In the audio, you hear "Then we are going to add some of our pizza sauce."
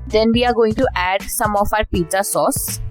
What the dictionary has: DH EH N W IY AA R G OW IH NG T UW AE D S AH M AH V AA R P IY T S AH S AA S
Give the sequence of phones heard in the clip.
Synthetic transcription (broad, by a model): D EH N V IY AA R G OW IH NG T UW AE D S AH M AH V AA R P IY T AH S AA S